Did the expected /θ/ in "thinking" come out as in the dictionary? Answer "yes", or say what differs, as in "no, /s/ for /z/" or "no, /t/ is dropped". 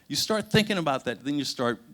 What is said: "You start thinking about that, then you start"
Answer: yes